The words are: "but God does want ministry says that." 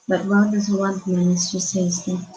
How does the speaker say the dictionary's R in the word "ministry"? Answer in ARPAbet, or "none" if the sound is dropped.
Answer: none